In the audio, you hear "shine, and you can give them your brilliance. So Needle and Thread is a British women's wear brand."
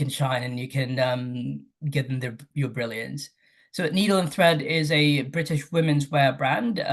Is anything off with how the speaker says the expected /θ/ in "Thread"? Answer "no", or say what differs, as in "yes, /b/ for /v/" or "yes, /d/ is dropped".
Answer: no